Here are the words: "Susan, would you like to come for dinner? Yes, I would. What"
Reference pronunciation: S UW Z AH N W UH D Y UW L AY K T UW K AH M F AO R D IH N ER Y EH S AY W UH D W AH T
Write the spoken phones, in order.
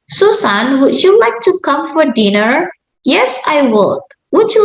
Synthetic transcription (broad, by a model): S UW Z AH N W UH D Y UW L AY K T UW K AH M F AO R D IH N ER Y EH S AY W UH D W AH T